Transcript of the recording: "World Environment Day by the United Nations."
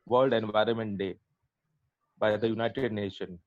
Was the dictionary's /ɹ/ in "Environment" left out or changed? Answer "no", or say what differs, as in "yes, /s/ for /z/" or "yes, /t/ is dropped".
no